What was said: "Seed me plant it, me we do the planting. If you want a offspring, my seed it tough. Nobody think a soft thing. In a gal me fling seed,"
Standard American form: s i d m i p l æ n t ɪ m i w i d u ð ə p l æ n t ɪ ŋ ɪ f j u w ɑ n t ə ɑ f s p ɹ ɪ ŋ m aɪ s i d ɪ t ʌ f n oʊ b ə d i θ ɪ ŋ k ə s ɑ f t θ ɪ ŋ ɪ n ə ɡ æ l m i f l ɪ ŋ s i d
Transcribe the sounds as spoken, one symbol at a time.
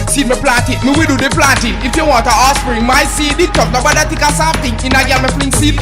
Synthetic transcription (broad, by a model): s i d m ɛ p l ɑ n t ɪ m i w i d u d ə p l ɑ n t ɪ ɪ f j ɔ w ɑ t ə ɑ s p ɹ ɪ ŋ m aɪ s i d ɪ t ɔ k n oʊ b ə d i t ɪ k ə s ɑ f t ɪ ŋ ɪ n ə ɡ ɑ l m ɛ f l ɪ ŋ s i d